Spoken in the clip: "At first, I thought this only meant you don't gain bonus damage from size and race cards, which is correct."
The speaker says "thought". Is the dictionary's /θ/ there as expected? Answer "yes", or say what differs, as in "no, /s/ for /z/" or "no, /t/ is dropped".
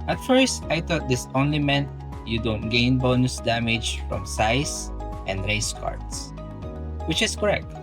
no, /t/ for /θ/